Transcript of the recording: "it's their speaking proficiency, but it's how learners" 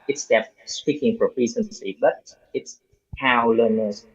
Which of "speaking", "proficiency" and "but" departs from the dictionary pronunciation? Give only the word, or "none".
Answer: proficiency